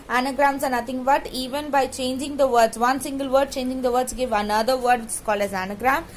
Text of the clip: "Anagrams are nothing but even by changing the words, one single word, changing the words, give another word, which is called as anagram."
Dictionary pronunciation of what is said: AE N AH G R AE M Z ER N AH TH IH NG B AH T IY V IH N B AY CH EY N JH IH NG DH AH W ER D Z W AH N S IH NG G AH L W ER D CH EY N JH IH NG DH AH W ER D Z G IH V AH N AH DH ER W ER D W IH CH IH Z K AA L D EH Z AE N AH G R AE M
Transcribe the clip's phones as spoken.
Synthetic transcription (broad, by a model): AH N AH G R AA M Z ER N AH T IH NG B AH T IY V IH N B AY CH EY N JH IH NG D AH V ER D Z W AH N S IH NG G AH L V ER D CH EY N JH IH NG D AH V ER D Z G IH V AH N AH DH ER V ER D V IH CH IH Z K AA L AH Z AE N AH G R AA M